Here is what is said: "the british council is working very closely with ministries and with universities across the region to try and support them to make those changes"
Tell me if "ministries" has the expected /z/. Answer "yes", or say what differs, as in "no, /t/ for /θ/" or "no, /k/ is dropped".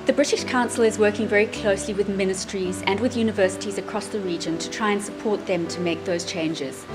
yes